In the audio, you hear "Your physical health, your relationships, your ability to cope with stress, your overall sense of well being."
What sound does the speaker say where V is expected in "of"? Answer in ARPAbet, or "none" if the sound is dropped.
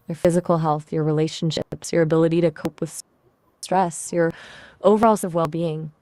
V